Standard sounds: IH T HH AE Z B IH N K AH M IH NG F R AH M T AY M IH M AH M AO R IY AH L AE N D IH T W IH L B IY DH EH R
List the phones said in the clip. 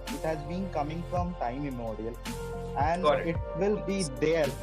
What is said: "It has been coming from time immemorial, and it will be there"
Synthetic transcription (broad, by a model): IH T HH AE Z B IH N K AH M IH NG F R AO M T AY IH M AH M AO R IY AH L AE N D IH T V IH L B IY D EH R